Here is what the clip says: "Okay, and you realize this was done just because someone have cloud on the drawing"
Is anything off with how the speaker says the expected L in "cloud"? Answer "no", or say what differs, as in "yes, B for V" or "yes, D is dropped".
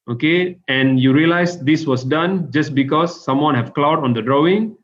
no